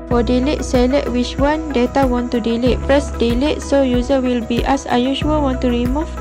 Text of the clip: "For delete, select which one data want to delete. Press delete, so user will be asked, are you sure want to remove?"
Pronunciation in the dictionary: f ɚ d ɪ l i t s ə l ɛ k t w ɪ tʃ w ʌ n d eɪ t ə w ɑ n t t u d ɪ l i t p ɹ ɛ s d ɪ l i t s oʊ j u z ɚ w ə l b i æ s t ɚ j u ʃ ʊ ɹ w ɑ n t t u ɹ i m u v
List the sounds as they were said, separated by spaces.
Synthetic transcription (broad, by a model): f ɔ d ɪ l i t s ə l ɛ t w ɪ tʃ w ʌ n d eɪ t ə w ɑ n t t u d ɪ l i t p ɹ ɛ s d ɪ l i t s oʊ j u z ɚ w ə l b i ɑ s ɑ j u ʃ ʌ l w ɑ n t t u ɹ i m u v